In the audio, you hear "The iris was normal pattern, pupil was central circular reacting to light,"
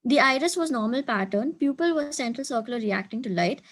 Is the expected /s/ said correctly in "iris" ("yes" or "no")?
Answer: yes